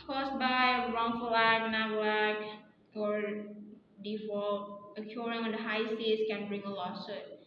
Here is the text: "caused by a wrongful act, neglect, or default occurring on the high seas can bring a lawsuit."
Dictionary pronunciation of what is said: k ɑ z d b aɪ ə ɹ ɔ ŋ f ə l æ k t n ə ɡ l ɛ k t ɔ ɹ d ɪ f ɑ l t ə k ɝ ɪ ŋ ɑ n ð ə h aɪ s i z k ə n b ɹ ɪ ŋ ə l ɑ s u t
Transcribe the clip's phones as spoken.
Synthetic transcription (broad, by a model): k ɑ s b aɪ ə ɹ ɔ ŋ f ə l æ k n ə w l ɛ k ɔ ɹ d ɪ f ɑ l ə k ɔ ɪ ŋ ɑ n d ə h aɪ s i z k ə n b ɹ ɪ ŋ ə l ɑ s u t